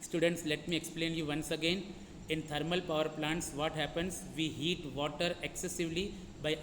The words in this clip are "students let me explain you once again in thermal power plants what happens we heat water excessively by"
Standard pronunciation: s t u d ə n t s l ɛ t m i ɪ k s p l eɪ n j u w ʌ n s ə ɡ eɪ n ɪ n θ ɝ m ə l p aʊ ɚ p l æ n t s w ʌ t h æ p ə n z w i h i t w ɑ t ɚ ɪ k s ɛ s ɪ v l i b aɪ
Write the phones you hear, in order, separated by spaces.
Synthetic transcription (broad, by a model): s t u d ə n t s l ɛ t m i ɪ k s p l eɪ n j u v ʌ n s ə ɡ eɪ n ɪ n t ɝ m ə l p aʊ ɚ p l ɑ n t s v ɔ t h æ p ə n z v i h i t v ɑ t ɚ ɪ k s ɛ s ɪ v l i b aɪ